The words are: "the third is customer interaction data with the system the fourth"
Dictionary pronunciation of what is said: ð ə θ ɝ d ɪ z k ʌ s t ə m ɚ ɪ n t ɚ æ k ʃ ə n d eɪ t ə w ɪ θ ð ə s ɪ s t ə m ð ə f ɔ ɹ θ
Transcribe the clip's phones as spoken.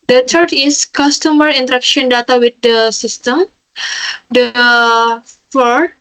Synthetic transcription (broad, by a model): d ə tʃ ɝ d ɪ s k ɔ s t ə m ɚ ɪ n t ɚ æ k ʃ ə n d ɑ t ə w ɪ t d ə s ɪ s t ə m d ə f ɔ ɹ